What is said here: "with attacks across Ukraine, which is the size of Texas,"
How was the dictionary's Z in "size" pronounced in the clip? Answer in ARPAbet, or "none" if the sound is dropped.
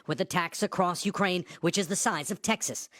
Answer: Z